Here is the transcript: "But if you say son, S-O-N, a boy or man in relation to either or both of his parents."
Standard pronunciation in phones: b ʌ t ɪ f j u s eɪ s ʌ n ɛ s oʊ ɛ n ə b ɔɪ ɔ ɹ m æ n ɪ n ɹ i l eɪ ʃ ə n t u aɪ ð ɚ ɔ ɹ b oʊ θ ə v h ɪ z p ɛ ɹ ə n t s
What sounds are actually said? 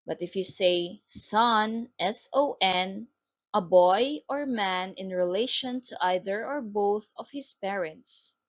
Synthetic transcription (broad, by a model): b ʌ t ɪ f j u s eɪ s ʌ n ɛ s oʊ ɛ n ə b ɔɪ ɔ ɹ m æ n ɪ n ɹ i l eɪ ʃ ə n t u aɪ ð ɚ ɔ ɹ b oʊ θ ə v h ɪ s p ɛ ɹ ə n t s